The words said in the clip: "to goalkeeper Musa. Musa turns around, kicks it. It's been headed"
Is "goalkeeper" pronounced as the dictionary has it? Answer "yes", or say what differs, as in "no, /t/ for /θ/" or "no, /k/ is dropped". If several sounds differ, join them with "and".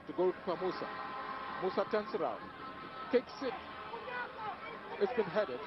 no, /p/ is dropped